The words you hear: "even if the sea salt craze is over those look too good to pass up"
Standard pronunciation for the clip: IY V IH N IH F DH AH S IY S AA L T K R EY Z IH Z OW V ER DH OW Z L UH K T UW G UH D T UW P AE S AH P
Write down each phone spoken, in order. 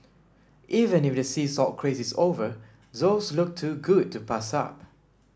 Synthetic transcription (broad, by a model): IY V IH N IH F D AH S IY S AA T K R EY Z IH S OW V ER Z OW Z L UH K T UW G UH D T UW P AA S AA P